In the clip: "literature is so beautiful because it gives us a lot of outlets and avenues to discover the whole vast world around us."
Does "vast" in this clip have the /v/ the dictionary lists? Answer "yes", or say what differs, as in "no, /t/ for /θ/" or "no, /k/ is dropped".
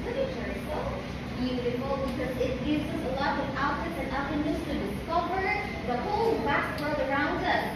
no, /b/ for /v/